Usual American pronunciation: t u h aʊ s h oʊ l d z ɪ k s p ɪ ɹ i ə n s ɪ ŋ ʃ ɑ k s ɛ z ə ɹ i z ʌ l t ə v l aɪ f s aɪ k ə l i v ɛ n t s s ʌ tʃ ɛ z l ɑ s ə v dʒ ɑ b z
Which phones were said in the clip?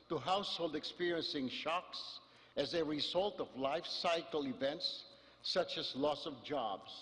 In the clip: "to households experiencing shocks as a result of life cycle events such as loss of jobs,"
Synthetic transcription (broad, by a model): t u h aʊ s h oʊ l d ɪ k s p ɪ ɹ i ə n s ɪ ŋ ʃ ɑ k s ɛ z ə ɹ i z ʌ l t ə v l aɪ f s aɪ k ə l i v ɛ n t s s ʌ tʃ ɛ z l ɑ s ə v dʒ ɑ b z